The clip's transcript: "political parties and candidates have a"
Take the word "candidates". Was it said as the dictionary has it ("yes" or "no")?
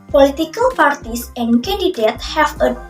no